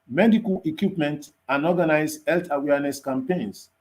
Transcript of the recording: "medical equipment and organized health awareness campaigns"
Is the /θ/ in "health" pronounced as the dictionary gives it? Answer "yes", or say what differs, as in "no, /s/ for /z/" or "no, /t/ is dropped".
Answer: no, /t/ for /θ/